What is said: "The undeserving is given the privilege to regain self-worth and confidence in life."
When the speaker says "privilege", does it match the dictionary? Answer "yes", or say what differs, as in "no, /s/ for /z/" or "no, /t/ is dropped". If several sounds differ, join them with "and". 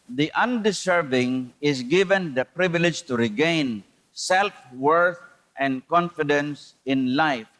yes